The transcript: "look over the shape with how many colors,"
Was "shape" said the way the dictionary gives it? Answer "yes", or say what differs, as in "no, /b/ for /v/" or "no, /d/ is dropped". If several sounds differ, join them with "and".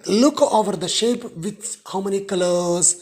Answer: yes